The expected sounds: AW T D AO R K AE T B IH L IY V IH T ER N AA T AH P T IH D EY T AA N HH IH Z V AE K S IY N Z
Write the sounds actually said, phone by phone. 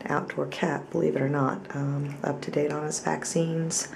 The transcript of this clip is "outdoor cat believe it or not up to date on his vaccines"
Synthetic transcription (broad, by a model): AW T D AO R K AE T B IH L IY V IH T ER N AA T AH P T IH D EY T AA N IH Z V AE K S IY N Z